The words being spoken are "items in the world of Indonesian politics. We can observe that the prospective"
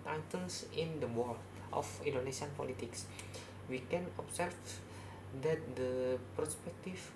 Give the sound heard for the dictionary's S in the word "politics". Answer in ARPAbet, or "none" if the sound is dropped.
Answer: S